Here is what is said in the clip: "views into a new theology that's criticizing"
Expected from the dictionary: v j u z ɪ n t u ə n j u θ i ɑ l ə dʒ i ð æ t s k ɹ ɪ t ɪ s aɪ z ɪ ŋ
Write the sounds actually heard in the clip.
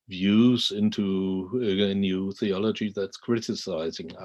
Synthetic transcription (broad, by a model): v j u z ɪ n t u ə n j u θ i ɑ l ə dʒ i ð æ t s k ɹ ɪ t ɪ s aɪ z ɪ ŋ